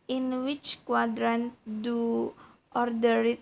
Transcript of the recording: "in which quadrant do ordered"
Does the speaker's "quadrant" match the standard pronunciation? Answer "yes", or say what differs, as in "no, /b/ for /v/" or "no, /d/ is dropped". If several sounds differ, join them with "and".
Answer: yes